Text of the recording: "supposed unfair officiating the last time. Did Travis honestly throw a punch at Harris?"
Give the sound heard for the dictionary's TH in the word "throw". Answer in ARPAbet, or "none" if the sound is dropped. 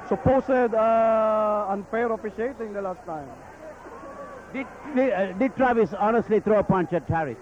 T